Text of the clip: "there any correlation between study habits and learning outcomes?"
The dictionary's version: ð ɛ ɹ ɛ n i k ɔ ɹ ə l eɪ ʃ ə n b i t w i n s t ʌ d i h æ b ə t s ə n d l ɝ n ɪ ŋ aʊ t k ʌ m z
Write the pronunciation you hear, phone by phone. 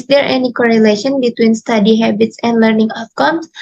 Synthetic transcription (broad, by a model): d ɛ ɹ ɛ n i k ɔ ɹ ə l eɪ ʃ ə n b i t w i n s t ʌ d i h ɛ b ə t s ə n d l ɝ n ɪ ŋ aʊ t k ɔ m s